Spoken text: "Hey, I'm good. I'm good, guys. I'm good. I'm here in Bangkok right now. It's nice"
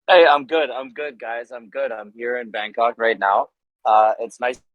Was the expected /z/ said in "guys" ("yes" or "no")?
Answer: yes